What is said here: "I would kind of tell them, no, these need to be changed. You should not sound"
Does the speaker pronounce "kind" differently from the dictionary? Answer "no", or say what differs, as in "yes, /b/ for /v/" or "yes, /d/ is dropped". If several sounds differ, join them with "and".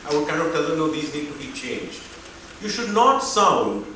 yes, /d/ is dropped